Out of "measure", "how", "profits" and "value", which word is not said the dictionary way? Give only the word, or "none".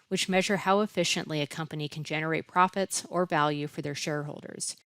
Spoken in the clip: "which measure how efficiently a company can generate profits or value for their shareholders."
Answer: none